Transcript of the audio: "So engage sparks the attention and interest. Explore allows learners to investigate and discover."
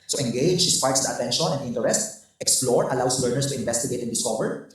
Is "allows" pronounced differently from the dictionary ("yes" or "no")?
yes